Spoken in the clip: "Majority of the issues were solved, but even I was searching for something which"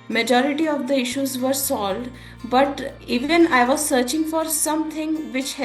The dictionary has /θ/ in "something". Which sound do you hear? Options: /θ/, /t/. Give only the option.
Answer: /t/